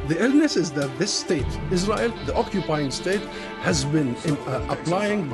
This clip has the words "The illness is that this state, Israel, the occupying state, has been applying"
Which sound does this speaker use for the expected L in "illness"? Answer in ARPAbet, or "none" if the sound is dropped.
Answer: L